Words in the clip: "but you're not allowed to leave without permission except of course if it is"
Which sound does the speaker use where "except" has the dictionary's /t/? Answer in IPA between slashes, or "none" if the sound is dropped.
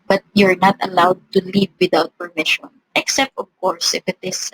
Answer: /t/